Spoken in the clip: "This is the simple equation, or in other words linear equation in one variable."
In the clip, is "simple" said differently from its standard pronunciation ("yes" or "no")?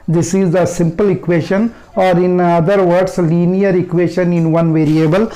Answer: no